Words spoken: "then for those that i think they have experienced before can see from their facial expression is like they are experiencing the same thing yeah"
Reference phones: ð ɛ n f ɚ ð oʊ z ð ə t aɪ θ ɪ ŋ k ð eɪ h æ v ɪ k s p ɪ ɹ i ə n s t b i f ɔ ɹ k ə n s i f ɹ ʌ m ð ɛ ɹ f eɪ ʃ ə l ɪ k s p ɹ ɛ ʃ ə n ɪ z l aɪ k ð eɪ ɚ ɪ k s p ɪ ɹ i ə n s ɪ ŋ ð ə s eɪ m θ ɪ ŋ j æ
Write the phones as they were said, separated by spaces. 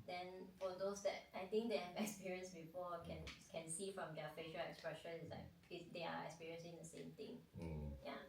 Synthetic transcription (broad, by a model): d ɛ n f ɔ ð oʊ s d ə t aɪ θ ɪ ŋ k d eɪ h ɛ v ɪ k s p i ɹ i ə n s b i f ɔ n k ə n s i f ɹ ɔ m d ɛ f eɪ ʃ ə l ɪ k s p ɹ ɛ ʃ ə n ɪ s l aɪ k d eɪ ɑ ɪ k s p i ɹ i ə n s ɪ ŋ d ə s eɪ m t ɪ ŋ j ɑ